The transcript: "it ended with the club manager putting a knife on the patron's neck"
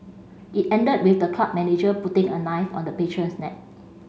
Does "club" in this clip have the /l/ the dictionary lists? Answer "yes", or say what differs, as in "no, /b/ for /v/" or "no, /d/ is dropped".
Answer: no, /l/ is dropped